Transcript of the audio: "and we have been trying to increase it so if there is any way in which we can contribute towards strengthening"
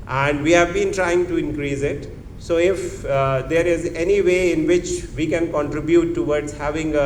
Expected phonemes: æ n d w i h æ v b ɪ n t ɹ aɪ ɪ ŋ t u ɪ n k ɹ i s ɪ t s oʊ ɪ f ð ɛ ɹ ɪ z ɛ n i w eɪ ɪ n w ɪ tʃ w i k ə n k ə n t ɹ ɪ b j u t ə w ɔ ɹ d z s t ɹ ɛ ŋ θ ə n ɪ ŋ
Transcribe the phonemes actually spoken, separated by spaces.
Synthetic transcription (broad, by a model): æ n d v i h æ v b ɪ n t ɹ aɪ ɪ ŋ t u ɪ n k ɹ i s ɪ t s oʊ ɪ f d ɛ ɹ ɪ z ɛ n i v eɪ ɪ n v ɪ tʃ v i k ə n k ə n t ɹ ɪ b j u t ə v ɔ ɹ d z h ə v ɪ ŋ